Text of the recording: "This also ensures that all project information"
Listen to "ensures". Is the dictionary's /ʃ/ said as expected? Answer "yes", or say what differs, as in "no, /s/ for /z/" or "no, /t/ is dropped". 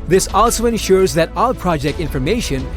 yes